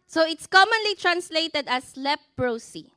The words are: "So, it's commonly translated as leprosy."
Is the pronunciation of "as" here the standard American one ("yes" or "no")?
no